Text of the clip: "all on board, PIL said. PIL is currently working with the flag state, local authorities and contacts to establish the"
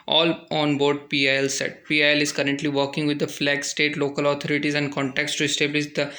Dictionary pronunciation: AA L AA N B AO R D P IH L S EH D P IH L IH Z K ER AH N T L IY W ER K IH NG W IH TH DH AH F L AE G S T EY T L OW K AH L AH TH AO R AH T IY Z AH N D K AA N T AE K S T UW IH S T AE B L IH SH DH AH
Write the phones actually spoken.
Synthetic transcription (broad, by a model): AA L AA N B AO R D P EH L S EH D P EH L IH Z K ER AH N T L IY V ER K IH NG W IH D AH F L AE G S T EY T L OW K AH L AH T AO R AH T IY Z AH N D K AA N T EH K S T UW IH S T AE B L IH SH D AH